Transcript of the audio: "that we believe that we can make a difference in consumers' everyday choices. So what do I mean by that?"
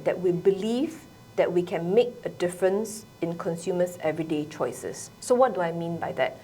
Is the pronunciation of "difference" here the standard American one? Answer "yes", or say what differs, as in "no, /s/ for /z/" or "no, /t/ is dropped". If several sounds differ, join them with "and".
yes